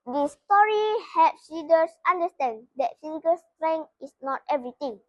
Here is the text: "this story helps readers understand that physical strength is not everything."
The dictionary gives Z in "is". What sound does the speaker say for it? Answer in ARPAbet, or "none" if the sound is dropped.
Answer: S